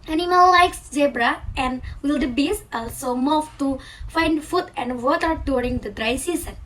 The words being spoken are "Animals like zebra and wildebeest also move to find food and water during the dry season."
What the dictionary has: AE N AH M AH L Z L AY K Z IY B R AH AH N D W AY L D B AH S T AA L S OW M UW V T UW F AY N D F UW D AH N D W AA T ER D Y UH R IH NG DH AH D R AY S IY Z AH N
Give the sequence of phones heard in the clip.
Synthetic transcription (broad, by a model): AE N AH M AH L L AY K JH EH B R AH AH N D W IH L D B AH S AA L S OW M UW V T UW F AY N D F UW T AH N D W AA T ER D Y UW R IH NG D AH D R AY S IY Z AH N